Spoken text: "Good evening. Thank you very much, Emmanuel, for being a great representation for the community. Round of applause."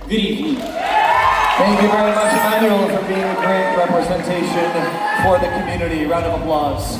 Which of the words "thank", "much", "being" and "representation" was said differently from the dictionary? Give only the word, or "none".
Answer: none